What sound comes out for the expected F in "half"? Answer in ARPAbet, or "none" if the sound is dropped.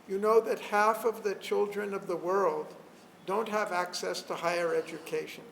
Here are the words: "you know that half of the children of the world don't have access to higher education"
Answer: F